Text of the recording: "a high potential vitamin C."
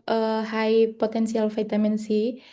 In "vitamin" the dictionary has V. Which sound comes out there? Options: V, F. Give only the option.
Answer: F